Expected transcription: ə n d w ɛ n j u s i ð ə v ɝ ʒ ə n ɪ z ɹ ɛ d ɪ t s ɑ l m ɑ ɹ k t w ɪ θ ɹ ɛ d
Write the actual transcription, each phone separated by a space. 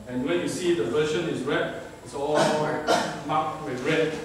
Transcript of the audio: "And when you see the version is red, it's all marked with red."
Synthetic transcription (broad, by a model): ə n w ɛ n j u s i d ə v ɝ ʃ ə n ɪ s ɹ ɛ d ɪ t s ɑ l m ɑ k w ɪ ɹ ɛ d